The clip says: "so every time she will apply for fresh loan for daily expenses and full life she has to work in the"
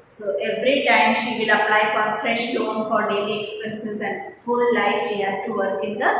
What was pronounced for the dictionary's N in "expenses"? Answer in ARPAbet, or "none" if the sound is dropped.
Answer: N